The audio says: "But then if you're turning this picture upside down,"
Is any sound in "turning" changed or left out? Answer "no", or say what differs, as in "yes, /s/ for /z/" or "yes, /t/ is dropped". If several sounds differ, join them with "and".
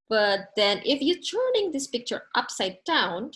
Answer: no